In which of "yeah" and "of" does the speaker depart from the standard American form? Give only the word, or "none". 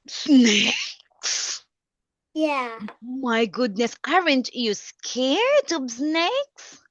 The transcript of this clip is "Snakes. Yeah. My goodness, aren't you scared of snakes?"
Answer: of